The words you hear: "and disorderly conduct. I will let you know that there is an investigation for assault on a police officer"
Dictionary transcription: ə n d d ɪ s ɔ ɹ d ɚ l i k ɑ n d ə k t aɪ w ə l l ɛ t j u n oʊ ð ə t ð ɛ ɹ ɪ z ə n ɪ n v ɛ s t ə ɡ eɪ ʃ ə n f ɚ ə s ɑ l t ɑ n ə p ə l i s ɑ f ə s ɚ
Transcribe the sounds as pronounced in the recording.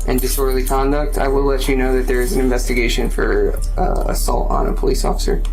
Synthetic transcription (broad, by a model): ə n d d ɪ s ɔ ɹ l i k ɑ n d ə k t aɪ w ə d l ɛ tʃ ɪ n oʊ ð ə t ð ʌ ɹ ɪ z n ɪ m v ɛ s t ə ɡ eɪ ʃ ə n f ɚ ə s ɑ l t n ə p ə l i s ɑ f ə s ɚ